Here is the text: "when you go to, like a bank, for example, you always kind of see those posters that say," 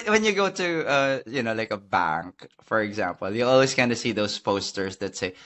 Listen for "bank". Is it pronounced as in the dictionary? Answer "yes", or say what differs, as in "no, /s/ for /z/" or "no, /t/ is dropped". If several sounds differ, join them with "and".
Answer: yes